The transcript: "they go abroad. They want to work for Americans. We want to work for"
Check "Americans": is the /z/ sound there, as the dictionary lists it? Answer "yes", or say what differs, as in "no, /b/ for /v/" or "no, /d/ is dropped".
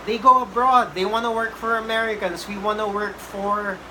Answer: no, /s/ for /z/